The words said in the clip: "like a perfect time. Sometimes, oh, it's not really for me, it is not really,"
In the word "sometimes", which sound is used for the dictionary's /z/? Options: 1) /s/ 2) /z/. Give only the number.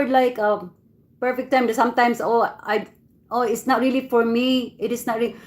1